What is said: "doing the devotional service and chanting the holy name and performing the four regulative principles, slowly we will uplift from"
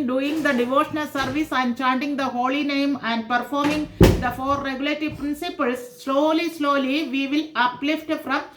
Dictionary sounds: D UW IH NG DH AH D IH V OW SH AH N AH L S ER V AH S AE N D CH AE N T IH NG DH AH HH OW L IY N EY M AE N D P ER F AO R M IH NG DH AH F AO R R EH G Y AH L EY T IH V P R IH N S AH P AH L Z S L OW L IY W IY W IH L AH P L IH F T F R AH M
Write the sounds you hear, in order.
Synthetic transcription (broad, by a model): D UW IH NG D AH D IH V OW SH AH N AH L S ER V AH S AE N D CH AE N T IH NG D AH HH OW L IY N EY M AE N D P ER F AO R M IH NG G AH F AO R R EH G Y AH L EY T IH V P R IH N S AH P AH L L S L OW L IY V IY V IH L AH P L IH F T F R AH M